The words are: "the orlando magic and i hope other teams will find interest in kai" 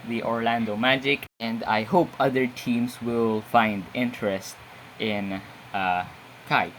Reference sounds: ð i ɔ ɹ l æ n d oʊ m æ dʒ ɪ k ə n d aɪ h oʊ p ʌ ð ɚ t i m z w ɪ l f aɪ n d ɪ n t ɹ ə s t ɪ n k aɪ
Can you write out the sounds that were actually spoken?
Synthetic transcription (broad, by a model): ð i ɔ ɹ l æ n d oʊ m æ dʒ ɪ k ə n d aɪ h oʊ p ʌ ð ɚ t i m s w ɪ l f aɪ n d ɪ n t ɹ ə s t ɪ n k aɪ